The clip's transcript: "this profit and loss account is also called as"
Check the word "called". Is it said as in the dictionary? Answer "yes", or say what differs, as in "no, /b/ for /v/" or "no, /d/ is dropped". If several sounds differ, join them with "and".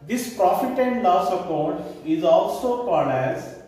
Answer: no, /n/ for /l/